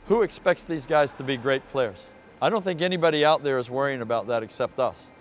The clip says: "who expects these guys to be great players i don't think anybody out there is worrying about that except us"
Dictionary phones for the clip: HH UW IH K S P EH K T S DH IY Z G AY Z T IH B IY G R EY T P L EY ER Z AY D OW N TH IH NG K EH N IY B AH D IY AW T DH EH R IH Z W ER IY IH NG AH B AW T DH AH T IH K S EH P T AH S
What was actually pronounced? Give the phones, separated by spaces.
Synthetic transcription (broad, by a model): HH UW IH K S P EH K T S DH IY Z G AY Z T IH B IY G R EY T P L EY ER Z AY D OW N TH IH NG K EH N IY B AH D IY AW T DH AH R IH Z W ER IY IH NG AH B AW T DH AH T IH K S EH P T AH S